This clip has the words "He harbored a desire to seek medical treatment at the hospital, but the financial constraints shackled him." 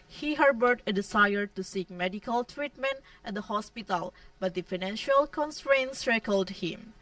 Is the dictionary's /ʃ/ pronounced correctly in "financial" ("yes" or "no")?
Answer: yes